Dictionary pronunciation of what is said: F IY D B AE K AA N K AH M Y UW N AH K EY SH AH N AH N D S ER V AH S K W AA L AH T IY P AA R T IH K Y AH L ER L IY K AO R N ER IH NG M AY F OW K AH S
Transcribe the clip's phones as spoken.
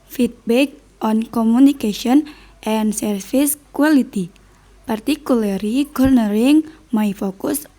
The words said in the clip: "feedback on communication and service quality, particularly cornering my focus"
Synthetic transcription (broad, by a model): F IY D B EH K AA N K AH M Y UW N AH K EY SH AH N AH N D S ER F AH S K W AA L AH T IY P AA R T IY K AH L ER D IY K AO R N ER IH NG M AY F OW K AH S